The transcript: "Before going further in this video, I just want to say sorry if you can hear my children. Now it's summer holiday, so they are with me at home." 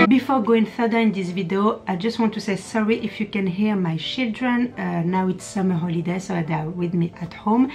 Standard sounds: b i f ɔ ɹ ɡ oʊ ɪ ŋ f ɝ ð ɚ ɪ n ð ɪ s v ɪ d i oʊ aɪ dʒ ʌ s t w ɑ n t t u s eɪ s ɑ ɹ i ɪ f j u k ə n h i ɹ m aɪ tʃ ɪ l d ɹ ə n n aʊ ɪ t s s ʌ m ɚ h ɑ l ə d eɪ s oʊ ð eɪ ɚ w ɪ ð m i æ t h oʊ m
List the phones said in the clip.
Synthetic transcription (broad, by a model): b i f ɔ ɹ ɡ oʊ ɪ ŋ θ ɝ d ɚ ɪ n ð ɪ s v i d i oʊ aɪ dʒ ʌ s t w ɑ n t t u s eɪ s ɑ ɹ i ɪ f j u k ə n h i ɹ m aɪ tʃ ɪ l d ɹ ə n n aʊ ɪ t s s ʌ m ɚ h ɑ l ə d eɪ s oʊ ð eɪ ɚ w ɪ ð m i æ t h oʊ m